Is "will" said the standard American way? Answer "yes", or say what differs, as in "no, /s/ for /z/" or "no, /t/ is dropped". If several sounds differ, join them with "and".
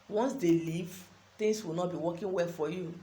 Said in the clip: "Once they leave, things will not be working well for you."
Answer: yes